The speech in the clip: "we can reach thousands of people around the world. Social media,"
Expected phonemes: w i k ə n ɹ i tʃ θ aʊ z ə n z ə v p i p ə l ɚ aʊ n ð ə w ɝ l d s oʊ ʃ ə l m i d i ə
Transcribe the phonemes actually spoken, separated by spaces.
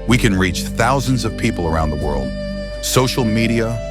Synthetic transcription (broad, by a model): w i k ə n ɹ i tʃ θ aʊ z ə n z ə v p i p l ɚ aʊ n ð ə w ɝ l d s oʊ ʃ l m i d i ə